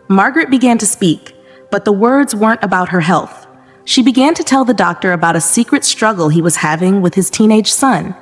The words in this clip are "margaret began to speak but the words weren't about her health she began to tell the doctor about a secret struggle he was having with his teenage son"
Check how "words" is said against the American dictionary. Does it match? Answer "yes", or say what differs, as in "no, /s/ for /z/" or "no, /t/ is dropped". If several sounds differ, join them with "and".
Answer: yes